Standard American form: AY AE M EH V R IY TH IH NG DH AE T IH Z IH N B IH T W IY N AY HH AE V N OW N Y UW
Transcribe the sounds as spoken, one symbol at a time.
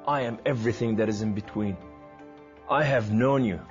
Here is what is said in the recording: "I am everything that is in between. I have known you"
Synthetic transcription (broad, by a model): AY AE M EH V R IY TH IH NG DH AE T IH Z IH N B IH T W IY N AY HH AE V N OW N Y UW